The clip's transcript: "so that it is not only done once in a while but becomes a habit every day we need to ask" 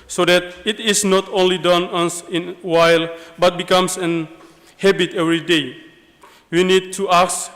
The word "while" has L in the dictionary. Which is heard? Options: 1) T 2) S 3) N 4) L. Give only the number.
4